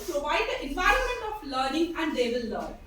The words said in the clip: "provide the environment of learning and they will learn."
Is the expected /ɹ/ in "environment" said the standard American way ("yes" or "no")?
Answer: yes